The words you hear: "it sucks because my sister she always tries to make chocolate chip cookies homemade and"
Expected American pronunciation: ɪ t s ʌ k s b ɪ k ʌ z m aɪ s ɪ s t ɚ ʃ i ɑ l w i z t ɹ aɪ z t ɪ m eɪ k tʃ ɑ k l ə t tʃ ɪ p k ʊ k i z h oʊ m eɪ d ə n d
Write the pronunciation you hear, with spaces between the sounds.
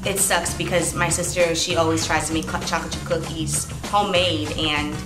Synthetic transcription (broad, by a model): ɪ t s ʌ k s b ɪ k ʌ z m aɪ s ɪ s t ɚ ʃ i ɑ l w i z t ɹ aɪ z t ɪ m eɪ k tʃ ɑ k ə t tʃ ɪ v k ʊ k i z h oʊ m eɪ d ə n